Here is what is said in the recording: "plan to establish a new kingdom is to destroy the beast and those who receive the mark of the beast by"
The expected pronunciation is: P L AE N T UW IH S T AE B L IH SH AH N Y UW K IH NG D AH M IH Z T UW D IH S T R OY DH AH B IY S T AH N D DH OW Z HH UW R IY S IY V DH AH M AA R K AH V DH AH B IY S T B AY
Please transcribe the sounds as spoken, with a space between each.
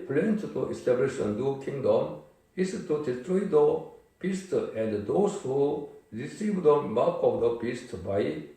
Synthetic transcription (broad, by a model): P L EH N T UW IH S T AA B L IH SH AH N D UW K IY NG D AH M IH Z T UW D IH S T R OY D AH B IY S T AH N D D OW S HH UW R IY S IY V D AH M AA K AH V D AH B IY S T B AY